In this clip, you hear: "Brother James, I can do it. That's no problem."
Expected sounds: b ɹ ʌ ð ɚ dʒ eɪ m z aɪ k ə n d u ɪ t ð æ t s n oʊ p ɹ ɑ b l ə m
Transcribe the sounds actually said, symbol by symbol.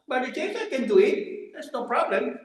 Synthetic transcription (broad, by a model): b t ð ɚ tʃ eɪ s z aɪ k ə n d u ɪ t ð æ t s n oʊ p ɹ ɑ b l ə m